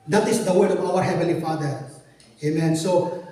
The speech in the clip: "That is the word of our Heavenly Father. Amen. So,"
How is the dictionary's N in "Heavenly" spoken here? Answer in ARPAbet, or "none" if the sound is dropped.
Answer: none